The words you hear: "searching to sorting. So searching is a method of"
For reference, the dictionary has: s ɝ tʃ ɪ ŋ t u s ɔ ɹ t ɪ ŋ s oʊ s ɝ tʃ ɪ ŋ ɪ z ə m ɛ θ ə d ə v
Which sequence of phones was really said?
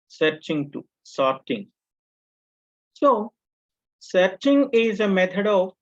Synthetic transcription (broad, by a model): s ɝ tʃ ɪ ŋ t u s ɔ ɹ t ɪ ŋ s oʊ s ɝ tʃ ɪ ŋ ɪ z ə m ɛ t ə d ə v